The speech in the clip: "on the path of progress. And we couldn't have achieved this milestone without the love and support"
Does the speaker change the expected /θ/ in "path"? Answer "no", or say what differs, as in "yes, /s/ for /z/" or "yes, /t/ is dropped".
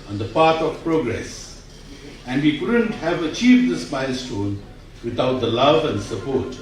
yes, /t/ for /θ/